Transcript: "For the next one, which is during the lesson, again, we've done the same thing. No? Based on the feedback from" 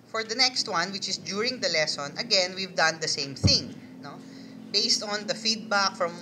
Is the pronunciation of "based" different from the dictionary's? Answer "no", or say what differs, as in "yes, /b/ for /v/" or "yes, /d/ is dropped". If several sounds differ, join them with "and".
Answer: no